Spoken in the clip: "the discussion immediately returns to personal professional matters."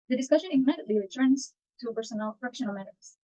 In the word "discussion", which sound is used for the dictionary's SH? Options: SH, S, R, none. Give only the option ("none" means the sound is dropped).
SH